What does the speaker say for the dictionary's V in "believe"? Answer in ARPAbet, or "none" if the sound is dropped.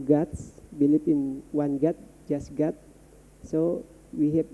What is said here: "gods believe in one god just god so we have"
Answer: P